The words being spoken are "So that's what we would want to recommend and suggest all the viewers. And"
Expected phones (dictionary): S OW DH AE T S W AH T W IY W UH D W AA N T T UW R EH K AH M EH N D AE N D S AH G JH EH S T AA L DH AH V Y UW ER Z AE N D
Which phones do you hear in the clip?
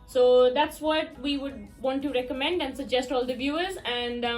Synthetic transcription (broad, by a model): S OW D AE T S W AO T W IY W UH D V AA N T T UW R EH K AH M EH N D AE N D S AH G JH EH S T AA L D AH V Y UW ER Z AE N D